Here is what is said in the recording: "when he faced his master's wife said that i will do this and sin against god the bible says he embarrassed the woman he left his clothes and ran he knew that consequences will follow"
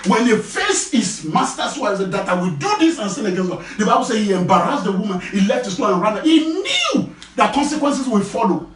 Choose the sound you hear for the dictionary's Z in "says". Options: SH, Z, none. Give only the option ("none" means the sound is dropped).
none